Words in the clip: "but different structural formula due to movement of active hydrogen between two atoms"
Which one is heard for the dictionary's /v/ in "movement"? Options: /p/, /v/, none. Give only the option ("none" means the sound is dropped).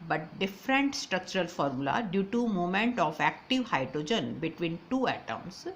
none